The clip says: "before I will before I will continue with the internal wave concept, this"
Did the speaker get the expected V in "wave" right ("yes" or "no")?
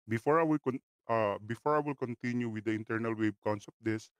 no